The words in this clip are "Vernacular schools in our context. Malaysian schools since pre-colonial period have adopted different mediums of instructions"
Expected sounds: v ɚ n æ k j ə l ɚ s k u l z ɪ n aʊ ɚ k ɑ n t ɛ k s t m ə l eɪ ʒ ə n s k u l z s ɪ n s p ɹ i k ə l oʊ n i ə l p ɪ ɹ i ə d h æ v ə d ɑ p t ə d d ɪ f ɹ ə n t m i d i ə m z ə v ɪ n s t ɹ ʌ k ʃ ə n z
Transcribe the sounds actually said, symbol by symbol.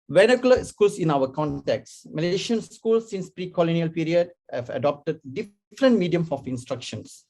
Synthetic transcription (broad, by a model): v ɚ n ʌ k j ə l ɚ s k u l s ɪ n aʊ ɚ k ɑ n t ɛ k s m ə l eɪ ʃ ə n s k u l s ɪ n s p ɹ i k ə l oʊ n i ə l p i ɹ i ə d h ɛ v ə d ɑ p t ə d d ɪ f ɹ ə n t m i d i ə m ə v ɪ n s t ɹ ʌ k ʃ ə n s